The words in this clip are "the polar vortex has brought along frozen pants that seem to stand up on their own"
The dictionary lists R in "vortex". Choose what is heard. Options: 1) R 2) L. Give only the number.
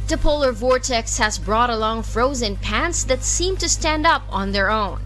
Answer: 1